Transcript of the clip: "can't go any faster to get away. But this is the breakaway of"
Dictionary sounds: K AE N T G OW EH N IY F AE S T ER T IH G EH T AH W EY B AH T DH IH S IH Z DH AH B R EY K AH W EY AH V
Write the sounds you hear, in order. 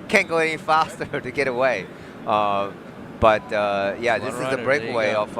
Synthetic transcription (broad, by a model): K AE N G OW EH N IY F AE S T ER T IH G EH T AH W EY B AH T DH IH S IH Z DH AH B R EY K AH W EY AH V